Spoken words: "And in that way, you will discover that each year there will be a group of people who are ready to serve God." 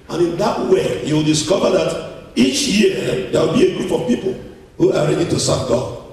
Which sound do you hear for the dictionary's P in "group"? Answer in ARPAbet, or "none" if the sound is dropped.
F